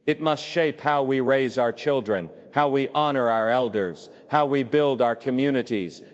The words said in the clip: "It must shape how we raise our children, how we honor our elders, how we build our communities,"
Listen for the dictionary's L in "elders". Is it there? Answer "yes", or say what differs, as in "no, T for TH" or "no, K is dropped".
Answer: yes